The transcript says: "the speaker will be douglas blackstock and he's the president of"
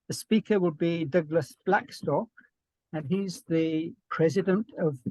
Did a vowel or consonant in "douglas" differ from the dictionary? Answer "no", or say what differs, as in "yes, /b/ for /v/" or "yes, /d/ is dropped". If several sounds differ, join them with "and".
no